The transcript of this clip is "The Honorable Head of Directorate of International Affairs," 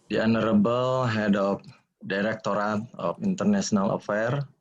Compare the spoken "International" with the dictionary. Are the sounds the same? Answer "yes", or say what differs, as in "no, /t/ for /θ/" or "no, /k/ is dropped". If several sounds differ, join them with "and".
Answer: no, /s/ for /ʃ/